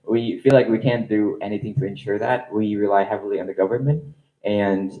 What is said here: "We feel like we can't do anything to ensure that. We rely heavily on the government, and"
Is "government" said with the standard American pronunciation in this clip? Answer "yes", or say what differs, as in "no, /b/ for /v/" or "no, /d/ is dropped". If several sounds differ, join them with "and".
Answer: yes